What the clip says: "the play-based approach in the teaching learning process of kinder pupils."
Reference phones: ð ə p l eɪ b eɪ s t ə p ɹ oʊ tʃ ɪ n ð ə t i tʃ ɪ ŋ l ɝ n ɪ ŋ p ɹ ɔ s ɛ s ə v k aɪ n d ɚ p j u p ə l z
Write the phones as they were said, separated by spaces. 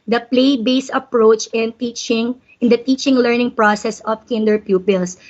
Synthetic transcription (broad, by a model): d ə p l eɪ b eɪ s ə p ɹ oʊ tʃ ɪ n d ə t i tʃ ɪ ŋ l ɝ n ɪ ŋ p ɹ ɔ s ɛ s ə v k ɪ n d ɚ p j u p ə l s